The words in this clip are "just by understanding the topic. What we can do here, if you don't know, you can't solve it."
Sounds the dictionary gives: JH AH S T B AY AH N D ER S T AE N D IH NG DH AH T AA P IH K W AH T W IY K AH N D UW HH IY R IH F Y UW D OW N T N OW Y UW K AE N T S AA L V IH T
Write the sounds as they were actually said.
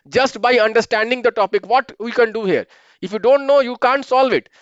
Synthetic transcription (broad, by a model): JH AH S T B AY AH N D ER S T AE N D IH NG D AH T AA P IH K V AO T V IY K AH N D UW HH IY R IH F Y UW D OW N T N OW Y UW K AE N T S AA L V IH T